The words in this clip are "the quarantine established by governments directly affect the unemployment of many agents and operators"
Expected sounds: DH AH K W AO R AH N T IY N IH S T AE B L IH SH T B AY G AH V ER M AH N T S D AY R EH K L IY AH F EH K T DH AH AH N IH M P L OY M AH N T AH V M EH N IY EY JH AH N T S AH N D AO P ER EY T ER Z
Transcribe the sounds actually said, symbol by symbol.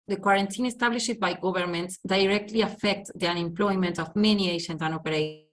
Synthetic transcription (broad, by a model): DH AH K W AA R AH N T IY N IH S T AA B L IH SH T B AY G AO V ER M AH N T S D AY R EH K L IY AH F EH K T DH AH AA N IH M P L OY M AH N T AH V M EH N IY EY SH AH N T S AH N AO P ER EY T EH